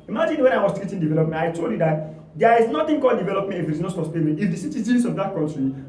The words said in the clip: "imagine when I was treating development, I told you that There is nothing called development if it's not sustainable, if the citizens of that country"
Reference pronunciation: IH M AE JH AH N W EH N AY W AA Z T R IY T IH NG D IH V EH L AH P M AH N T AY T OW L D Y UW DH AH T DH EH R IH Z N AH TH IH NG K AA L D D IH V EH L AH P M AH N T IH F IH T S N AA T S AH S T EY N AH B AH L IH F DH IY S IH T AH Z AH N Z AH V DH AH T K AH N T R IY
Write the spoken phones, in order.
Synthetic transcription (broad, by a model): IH M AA JH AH N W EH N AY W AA S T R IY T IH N D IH V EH L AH P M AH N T AY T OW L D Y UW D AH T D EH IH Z N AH T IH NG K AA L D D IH V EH L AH P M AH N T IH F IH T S N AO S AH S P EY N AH AH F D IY S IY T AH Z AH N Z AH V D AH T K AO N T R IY